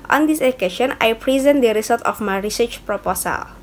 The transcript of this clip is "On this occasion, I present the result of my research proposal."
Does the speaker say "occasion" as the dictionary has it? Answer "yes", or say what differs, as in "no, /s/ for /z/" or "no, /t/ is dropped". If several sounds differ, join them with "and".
no, /ʃ/ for /ʒ/